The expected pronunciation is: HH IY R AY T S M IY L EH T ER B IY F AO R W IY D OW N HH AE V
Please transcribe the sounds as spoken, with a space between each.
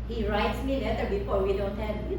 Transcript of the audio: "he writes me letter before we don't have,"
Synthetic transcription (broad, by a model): HH IY R AY T S M IY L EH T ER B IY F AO W IY D OW N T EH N